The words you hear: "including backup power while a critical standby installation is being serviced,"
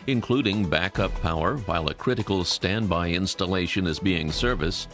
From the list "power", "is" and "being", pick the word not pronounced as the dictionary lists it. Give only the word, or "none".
none